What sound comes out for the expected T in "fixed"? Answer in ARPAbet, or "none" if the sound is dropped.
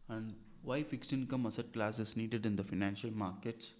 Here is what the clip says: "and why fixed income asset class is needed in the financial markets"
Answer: T